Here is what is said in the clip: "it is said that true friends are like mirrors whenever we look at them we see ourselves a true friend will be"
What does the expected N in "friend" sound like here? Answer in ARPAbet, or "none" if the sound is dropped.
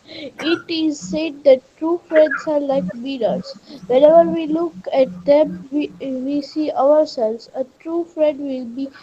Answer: none